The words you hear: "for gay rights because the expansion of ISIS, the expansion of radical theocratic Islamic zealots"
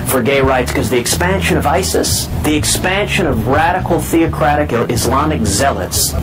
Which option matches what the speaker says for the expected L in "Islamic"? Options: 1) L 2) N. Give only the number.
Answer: 1